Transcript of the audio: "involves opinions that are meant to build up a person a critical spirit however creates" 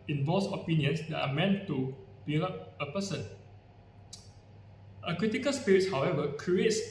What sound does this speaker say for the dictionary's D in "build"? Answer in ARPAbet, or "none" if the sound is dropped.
none